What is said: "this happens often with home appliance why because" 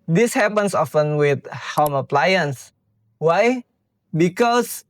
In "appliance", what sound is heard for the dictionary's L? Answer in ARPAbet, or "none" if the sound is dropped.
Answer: L